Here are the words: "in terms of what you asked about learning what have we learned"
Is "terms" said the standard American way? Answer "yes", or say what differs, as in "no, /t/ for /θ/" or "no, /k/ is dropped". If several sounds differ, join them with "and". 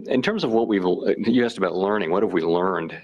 yes